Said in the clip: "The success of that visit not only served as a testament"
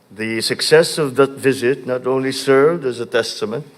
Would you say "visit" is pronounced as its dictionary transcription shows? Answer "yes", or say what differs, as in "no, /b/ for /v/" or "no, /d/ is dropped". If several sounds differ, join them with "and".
yes